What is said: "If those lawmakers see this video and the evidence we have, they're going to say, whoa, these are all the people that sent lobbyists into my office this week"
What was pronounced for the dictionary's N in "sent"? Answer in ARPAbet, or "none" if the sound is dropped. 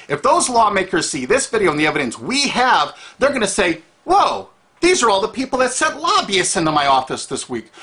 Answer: none